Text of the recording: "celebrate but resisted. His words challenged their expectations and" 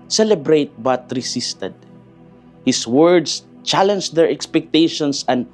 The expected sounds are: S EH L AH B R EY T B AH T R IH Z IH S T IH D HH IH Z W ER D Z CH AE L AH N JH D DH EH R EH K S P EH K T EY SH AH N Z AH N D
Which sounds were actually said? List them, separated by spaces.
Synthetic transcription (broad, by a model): S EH L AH B R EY T B AH T R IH S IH S T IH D HH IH S W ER D S CH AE L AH N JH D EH R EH K S P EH K T EY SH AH N S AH N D